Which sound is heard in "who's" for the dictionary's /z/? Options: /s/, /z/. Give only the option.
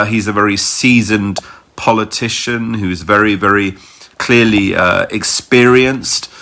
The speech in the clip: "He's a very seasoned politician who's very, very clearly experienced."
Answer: /z/